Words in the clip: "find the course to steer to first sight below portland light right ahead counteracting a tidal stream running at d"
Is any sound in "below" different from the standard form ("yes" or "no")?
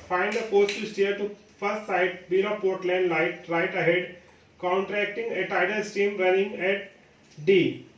yes